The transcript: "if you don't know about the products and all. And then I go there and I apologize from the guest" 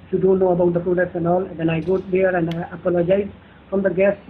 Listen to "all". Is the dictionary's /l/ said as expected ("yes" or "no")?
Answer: yes